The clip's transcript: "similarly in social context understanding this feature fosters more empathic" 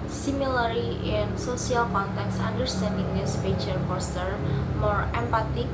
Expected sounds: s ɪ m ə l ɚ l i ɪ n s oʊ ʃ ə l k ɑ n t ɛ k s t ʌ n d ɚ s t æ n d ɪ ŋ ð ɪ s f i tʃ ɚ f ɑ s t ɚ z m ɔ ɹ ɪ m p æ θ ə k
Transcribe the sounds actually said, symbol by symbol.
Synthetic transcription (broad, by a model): s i m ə l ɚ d i ɪ n s oʊ s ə l k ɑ n t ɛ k s ɑ n d ɚ s t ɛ n d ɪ ŋ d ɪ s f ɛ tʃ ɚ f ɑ s t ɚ m ɔ ɹ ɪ m p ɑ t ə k